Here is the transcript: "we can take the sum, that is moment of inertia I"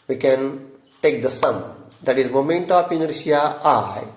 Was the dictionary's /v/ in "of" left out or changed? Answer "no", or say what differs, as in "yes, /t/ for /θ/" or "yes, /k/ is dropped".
yes, /p/ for /v/